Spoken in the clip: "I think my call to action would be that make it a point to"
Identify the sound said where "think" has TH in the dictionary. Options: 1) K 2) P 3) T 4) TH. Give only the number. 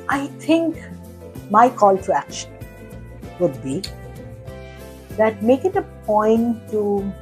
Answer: 3